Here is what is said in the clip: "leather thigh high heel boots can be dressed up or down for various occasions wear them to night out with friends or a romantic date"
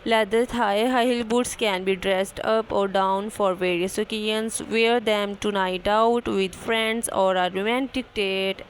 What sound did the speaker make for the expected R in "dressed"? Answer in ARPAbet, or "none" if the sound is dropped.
R